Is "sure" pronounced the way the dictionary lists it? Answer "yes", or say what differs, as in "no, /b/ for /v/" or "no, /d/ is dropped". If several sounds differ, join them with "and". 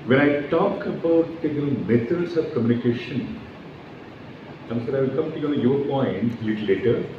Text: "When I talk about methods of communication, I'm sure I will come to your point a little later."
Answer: no, /s/ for /ʃ/